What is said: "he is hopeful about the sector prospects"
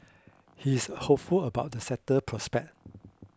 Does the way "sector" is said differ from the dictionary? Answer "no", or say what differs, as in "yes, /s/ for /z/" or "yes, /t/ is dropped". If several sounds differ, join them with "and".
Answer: yes, /k/ is dropped